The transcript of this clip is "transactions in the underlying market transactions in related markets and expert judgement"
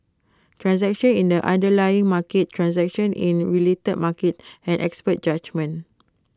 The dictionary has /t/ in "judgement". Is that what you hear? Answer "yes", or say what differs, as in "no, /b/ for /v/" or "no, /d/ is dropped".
no, /t/ is dropped